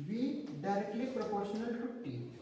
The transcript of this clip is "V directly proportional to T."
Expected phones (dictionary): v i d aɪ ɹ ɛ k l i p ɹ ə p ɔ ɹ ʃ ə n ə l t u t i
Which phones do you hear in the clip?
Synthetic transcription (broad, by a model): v i d aɪ ɹ ɛ k l i p ɹ ə p ɔ ɹ ʃ ə n ə l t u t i